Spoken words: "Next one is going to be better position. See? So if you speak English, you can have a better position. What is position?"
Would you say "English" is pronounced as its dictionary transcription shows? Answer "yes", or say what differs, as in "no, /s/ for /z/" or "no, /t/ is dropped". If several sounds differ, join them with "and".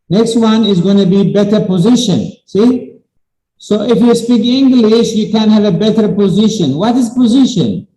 yes